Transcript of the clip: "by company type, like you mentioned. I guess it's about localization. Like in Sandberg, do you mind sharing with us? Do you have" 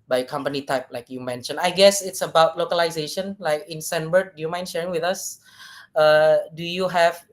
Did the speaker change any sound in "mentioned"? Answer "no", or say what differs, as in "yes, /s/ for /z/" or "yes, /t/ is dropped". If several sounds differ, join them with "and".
yes, /d/ is dropped